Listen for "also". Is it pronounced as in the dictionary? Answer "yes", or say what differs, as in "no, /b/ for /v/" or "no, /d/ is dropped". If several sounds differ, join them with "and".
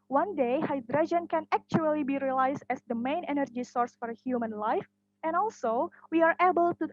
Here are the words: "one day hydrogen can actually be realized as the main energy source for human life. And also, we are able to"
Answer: yes